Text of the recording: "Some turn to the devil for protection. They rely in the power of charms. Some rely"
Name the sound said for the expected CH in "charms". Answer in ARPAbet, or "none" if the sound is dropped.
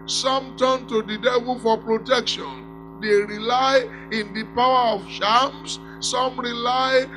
SH